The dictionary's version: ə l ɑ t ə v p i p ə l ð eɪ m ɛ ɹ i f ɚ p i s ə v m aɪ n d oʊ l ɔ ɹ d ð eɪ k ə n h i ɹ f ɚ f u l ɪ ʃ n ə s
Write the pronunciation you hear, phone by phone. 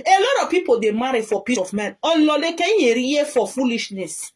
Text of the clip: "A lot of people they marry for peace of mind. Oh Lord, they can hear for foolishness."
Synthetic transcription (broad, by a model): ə l ɑ t ə v p i p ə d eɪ m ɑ ɹ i f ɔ p i s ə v m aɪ n oʊ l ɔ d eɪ k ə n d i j f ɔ f u l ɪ ʃ n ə s